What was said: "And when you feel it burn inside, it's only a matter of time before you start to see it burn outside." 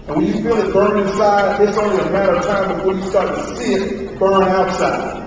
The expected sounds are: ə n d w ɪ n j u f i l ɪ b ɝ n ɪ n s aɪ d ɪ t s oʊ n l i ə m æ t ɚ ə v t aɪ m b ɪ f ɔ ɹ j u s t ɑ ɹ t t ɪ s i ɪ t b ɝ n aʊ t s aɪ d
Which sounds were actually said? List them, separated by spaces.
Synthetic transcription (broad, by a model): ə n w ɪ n j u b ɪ n ɪ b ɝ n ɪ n s aɪ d ɪ t s oʊ n l i ə m æ t ɚ ə v t aɪ m b ɪ f ɔ ɹ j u s t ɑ ɹ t t ɪ s i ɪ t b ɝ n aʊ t s aɪ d